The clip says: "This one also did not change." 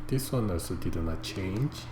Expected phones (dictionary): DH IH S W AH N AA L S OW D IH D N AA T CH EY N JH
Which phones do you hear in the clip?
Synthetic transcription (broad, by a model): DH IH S W AH N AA S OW D IH D N AA T CH EY N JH